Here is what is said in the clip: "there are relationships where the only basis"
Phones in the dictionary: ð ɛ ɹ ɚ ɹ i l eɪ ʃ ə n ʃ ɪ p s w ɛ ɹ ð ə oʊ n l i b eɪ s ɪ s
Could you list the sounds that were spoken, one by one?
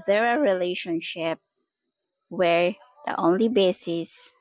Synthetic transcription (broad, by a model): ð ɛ ɹ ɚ ɹ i l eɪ ʃ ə n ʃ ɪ p w ɛ ɹ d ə oʊ n l i b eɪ s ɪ s